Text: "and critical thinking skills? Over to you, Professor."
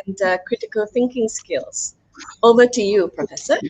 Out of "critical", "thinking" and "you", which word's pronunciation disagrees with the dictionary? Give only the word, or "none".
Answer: none